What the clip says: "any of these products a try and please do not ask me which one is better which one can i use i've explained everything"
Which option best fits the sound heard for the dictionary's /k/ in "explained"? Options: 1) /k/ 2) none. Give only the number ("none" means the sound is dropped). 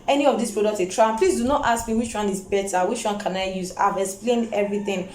1